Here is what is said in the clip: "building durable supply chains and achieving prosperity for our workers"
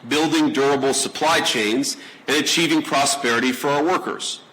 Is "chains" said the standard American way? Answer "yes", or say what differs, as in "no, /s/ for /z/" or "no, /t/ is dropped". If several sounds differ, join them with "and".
yes